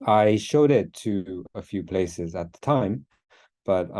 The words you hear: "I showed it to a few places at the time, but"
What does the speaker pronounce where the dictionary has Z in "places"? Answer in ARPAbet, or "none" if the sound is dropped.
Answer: Z